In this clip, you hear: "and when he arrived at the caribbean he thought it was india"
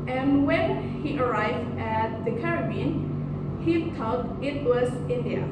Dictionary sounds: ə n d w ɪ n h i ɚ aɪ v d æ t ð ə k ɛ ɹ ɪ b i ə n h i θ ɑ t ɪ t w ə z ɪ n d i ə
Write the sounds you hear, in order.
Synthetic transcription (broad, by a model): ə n w ɪ n h i ɚ aɪ v d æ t ð ə k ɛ ɹ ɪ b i n h i t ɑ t ɪ t w ə z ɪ n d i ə